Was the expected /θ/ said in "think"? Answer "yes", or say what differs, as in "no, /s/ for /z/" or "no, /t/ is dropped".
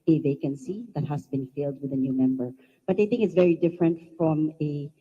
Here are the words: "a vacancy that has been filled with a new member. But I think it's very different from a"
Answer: yes